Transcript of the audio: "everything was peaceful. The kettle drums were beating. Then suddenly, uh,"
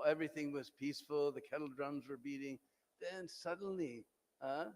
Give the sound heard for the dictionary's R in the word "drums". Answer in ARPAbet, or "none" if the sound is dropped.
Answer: R